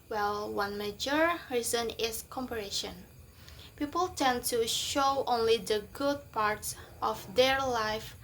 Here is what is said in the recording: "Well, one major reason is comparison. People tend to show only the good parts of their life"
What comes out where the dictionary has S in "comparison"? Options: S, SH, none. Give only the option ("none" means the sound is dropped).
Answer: SH